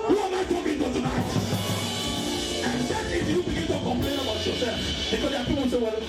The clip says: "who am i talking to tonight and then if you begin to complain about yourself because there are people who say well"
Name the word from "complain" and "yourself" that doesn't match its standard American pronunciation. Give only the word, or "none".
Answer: yourself